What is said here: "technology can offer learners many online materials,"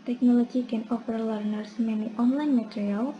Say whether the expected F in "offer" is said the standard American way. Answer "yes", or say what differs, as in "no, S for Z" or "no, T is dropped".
no, P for F